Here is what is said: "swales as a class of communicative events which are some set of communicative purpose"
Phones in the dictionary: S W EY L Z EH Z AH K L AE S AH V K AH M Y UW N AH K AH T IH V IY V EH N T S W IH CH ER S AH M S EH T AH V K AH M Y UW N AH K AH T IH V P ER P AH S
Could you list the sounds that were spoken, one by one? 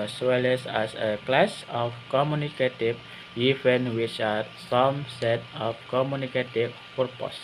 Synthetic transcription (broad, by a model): S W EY L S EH S AH K L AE S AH F K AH M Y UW N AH K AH T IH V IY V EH N W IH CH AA S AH M S EH T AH F K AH M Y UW N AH K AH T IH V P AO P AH S